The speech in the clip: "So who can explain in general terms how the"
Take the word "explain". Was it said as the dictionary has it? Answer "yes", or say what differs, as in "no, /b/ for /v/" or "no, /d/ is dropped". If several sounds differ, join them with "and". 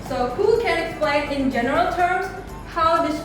yes